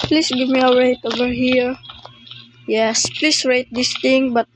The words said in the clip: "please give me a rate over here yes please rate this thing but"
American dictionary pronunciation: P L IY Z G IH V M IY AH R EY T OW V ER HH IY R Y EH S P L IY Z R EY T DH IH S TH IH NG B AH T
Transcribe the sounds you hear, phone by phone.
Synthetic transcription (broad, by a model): P L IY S G IH V M IY AH R EY T OW V ER HH IY R Y EH S P L IY S R EY T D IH S T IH NG B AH T